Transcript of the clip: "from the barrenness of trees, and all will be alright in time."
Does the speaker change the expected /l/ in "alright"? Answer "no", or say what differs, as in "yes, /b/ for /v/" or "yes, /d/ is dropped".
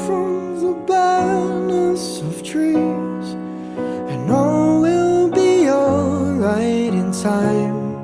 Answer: yes, /l/ is dropped